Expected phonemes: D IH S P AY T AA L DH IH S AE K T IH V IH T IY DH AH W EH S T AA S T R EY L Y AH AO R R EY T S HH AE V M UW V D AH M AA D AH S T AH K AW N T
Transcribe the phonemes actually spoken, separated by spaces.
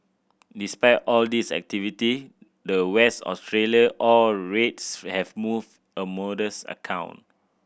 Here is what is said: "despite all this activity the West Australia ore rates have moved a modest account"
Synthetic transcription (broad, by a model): D IH S P AY T AA L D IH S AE K T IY V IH T IY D AH W EH S T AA S T R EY L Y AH AO L R EY T S HH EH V M UW V D AH M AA D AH S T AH K AW N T